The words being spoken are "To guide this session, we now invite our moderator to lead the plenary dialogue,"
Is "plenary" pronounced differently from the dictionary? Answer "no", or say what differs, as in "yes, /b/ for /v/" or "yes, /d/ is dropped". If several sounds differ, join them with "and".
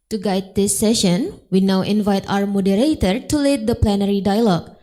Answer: no